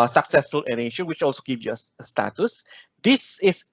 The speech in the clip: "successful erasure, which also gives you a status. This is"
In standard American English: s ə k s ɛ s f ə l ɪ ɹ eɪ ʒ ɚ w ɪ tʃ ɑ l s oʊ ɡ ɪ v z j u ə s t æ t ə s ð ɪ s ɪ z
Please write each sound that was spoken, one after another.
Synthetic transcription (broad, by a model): s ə k s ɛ s f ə l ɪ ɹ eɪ ʃ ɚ w ɪ tʃ ɑ l s oʊ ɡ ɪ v j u ə s t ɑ t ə s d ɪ s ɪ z